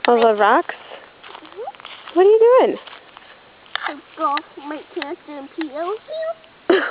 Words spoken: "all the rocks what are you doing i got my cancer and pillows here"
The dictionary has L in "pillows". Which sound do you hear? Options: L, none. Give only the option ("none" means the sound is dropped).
none